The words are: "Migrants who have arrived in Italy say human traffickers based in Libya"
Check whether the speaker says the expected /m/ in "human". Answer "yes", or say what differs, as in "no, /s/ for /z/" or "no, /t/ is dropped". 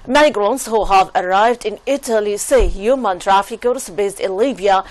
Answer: yes